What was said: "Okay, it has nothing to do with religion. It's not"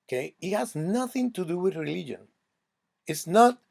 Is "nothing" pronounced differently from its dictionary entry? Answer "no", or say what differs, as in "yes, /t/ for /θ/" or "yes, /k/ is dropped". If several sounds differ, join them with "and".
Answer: no